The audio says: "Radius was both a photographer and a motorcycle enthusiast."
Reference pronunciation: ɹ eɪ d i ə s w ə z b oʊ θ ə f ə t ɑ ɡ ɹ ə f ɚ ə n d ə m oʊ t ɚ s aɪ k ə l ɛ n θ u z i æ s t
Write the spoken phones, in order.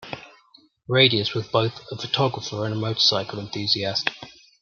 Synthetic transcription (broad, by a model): ɹ eɪ d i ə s w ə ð b oʊ θ ə f ə t ɑ ɡ ɹ ə f ɚ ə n ə m oʊ t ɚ s aɪ k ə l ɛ n θ u z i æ s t